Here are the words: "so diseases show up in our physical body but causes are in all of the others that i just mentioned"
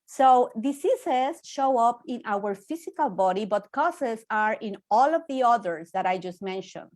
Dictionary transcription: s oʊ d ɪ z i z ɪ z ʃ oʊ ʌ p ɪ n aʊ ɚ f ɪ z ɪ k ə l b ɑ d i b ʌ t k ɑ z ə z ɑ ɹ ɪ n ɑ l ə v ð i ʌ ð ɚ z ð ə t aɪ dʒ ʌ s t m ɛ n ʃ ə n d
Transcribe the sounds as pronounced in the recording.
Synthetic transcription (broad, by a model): s oʊ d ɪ s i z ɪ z ʃ oʊ ʌ p ɪ n aʊ ɚ f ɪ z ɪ k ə l b ɑ d i b ʌ t k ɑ s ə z ɑ ɹ ɪ n ɑ l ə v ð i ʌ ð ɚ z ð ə t aɪ dʒ ʌ s t m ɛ n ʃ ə n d